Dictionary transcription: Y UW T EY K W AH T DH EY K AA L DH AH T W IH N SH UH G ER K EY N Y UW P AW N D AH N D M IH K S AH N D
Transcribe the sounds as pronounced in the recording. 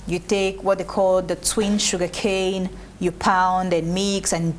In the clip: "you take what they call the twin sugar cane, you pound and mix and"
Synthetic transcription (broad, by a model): Y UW T EY K W AH T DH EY K AA L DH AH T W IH N SH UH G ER K EY N Y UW P AW N D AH N M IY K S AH N